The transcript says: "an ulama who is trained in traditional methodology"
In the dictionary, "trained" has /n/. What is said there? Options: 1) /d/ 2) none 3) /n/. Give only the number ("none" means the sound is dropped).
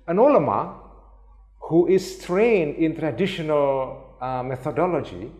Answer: 3